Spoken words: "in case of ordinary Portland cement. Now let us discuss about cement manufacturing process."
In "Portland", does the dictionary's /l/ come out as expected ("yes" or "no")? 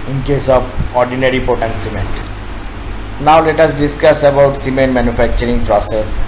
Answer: no